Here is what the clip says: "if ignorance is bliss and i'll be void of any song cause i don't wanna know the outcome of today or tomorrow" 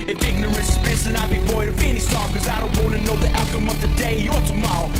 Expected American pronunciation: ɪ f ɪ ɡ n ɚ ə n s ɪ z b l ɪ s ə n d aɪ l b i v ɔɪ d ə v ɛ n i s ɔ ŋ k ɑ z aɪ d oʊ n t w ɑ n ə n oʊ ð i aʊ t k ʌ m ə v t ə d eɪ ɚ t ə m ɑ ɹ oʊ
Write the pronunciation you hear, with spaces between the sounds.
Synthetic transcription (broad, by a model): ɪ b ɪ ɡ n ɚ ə s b ɪ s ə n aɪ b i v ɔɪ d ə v ɛ n i s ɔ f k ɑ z aɪ d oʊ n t w ɑ n ə n oʊ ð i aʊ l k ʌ m ə v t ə d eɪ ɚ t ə m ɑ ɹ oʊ